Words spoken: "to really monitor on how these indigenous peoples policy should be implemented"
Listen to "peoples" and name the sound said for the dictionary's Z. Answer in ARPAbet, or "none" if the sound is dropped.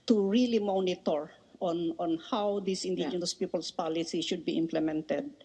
S